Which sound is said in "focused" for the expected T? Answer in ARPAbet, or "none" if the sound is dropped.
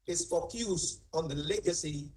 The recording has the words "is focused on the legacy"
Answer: none